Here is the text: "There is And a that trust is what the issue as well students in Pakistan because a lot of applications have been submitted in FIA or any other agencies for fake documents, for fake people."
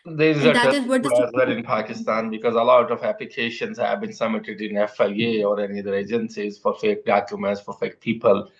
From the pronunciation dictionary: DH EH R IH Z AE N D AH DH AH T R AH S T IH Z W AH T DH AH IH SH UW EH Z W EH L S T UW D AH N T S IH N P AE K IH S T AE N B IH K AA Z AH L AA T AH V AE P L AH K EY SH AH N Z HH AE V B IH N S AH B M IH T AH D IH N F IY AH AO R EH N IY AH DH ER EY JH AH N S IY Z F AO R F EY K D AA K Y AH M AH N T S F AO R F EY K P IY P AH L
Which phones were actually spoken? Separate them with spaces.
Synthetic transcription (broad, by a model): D AH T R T IH Z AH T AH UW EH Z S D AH T IH N P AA K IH S T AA N B IH K AA Z AH L AA T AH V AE P L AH K EY SH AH N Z HH AE V B IH N S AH M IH T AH D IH N F IY AH AO R EH N IY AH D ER EY JH AH N S IY Z F AO R F EY K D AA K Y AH M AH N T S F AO R F EY K P IY P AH L